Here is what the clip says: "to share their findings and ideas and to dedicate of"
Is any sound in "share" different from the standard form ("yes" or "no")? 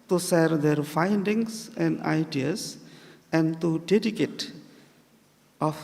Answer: yes